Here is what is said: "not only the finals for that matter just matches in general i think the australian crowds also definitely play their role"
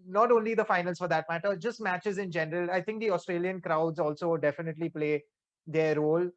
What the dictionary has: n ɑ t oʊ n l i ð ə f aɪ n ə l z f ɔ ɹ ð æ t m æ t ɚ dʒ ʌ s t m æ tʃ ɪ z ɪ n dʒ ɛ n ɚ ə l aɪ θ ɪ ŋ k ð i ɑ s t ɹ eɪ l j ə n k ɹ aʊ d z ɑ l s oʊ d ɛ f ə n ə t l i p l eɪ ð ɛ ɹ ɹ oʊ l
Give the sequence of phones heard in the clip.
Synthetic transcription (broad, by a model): n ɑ t oʊ n l i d ə f aɪ n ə l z f ɔ ɹ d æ t m æ t ɚ dʒ ʌ s t m æ tʃ ɪ z ɪ n dʒ ɛ n ɚ ə l aɪ t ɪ ŋ k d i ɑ s t ɹ eɪ l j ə n k ɹ aʊ d z ɑ l s oʊ d ɛ f ə n ə t l i p l eɪ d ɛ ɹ ɹ oʊ l